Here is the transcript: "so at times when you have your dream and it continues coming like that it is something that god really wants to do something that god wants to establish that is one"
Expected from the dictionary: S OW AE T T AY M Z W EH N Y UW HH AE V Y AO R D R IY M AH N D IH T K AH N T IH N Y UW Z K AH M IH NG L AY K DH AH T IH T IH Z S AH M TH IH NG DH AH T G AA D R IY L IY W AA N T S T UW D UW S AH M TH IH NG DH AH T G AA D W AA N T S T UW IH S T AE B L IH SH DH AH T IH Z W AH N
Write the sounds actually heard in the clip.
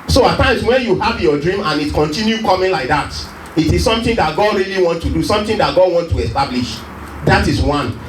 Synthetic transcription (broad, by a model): S OW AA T T AY M S W EH N Y UW HH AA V Y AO D R IY M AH N IH T K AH N T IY N Y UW K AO M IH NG L AY K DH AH T IH T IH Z S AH M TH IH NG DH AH T G AA D R IY L IY W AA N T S T UW D UW S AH M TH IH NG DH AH T G AA D W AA N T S T UW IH S T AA B L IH SH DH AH T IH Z W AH N